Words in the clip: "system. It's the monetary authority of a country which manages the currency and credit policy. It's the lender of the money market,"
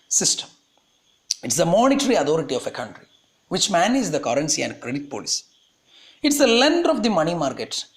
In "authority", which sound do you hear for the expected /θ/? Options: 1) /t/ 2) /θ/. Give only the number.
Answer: 1